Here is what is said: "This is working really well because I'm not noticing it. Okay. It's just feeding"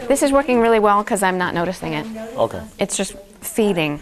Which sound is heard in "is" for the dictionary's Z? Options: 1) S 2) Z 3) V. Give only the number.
2